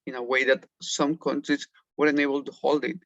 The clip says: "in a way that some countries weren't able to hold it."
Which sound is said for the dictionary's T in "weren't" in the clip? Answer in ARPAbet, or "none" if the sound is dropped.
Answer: none